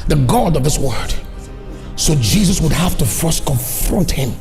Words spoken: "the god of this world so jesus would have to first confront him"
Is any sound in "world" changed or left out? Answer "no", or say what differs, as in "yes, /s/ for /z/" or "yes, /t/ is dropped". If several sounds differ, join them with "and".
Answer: yes, /l/ is dropped